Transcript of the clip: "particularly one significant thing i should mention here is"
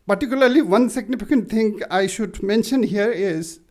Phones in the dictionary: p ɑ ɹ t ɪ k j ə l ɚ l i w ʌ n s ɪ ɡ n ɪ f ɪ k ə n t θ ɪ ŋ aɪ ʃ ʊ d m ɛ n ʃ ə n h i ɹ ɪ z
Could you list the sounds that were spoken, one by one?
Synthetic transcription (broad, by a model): p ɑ ɹ t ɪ k j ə l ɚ l i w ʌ n s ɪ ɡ n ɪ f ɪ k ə n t t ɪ ŋ aɪ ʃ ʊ d m ɛ n ʃ ə n h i ɹ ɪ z